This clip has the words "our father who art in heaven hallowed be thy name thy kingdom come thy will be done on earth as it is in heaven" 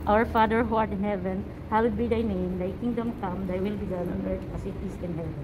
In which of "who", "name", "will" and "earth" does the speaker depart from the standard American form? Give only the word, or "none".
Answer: earth